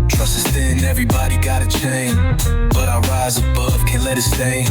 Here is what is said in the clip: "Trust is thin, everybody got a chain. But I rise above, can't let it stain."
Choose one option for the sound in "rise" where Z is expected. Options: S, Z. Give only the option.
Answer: Z